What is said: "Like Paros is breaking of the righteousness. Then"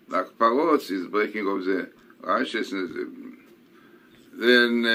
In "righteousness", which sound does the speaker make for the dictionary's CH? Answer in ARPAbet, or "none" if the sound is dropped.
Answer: SH